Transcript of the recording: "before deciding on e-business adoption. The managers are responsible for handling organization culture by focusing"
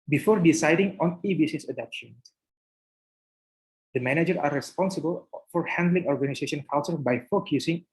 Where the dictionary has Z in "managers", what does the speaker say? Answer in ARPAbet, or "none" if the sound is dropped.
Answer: none